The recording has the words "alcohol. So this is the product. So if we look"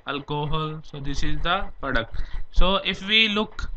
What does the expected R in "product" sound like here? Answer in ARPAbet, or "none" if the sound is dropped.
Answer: none